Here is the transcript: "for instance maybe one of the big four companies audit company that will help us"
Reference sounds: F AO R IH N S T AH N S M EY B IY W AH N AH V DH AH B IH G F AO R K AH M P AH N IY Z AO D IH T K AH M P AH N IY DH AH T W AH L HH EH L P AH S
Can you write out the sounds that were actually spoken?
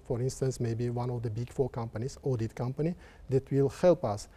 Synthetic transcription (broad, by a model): F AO R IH N S T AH N S M EY B IY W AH N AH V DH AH B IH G F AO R K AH M P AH N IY S AO D IH T K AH M P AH N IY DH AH T W AH L HH EH L P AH S